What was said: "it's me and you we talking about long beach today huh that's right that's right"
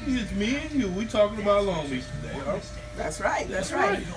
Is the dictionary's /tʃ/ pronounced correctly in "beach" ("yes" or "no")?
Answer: no